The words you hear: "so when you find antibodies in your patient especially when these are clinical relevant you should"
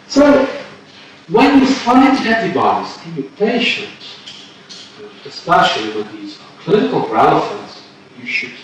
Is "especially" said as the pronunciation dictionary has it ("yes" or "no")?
no